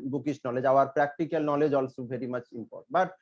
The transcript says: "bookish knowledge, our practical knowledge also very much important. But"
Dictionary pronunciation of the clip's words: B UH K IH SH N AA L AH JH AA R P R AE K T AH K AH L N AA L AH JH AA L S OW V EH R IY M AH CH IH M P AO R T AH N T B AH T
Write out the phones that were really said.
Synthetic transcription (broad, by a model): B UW K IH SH N AA L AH JH AA R P R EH K T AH K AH L N AA L AH JH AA L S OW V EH R IY M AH CH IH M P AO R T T B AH T